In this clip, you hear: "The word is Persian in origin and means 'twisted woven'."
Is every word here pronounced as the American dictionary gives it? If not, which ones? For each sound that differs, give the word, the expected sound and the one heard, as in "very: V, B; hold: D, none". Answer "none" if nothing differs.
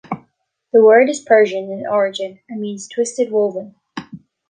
none